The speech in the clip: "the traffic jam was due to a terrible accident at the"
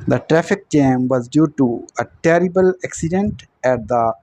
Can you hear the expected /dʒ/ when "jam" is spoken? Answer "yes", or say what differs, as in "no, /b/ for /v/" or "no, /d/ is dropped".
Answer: no, /tʃ/ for /dʒ/